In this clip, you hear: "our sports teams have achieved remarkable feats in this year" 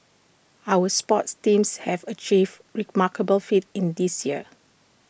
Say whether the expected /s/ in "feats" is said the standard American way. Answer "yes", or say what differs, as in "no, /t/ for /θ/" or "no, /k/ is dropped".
no, /s/ is dropped